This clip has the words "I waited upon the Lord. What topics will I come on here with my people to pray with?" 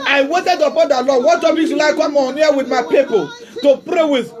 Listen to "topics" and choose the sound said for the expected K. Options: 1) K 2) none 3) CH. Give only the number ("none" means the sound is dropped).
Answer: 2